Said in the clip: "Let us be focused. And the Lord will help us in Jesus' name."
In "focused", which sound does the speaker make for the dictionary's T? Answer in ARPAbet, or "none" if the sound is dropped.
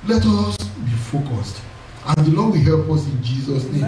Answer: T